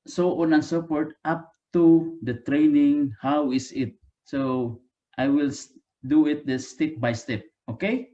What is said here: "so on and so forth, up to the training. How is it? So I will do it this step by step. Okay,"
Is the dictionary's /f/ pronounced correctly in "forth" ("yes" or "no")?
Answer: no